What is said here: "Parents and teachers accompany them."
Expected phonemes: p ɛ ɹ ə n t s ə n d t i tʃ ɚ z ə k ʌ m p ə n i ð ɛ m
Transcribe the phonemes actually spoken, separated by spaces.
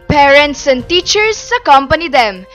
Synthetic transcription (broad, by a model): p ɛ ɹ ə n t s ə n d t i tʃ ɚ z ə k ʌ m p ə n i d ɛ m